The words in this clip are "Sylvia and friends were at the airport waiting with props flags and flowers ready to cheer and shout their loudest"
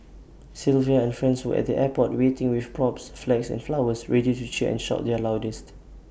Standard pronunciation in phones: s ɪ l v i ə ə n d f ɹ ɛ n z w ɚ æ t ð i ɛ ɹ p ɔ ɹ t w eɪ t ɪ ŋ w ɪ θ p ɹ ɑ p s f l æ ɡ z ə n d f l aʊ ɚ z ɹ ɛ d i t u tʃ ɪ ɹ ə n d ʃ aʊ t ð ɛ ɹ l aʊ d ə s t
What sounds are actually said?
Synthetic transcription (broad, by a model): s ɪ l v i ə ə n f ɹ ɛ n s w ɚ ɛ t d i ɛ p ɔ t w eɪ t ɪ ŋ w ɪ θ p ɹ ɑ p s f l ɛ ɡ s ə n f l aʊ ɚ s ɹ ɛ d i t u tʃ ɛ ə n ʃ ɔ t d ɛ l aʊ d ə s t